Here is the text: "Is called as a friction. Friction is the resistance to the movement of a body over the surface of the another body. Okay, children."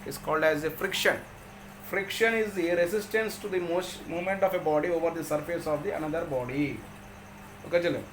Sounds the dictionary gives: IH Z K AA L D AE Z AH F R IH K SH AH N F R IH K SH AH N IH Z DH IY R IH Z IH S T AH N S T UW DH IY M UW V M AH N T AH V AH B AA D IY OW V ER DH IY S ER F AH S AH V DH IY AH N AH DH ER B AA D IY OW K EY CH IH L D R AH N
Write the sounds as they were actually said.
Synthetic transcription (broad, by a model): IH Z K AA L D AE Z AH F R IH K SH AH N F R IH K SH AH N IH Z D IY R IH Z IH S T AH N S T UW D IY M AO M M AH N T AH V AH B AA D IY OW V ER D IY S ER F AH S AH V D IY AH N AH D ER B AA D IY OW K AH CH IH L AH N